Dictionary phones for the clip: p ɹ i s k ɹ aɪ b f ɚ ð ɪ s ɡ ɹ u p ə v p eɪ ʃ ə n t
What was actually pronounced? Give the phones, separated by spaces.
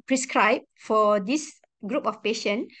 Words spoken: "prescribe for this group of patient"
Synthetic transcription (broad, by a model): p ɹ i s k ɹ aɪ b f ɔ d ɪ s ɡ ɹ u p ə f p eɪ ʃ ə n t